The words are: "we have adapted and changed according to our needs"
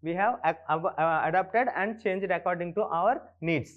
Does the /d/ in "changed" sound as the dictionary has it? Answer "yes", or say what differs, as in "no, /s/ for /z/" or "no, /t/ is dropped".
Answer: yes